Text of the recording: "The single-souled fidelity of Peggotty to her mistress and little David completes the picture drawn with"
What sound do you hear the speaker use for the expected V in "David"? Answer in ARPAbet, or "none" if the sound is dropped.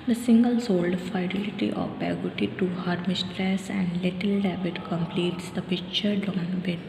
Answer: B